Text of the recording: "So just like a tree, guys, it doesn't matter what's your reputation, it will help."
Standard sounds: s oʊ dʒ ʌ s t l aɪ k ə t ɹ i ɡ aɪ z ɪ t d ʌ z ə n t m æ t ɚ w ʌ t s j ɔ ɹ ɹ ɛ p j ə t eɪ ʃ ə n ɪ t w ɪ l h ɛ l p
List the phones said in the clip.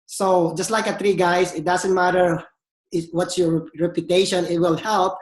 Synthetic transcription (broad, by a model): s oʊ dʒ ʌ s t l aɪ k ə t ɹ i ɡ aɪ s ɪ t d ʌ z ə n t m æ t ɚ w ʌ t s j ɔ ɹ ɹ ɛ p j ə t eɪ ʃ ə n ɪ t w ɪ l h ɛ l p